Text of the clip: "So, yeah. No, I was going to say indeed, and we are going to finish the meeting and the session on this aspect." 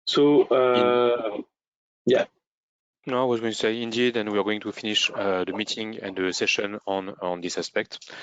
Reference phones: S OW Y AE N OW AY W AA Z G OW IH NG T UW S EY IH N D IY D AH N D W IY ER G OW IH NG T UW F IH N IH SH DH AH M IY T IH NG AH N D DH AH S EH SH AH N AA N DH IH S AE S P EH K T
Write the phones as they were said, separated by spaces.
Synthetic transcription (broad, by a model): S OW Y AE N OW AY W AA Z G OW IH T UW S EY IH N D IY D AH N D W IY ER G OW IH NG T UW F IH N IH SH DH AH M IY T IH NG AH N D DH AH S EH SH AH N AA N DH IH S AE S P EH K T